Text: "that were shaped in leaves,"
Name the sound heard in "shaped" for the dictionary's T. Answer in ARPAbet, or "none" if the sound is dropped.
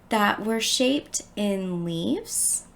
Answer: T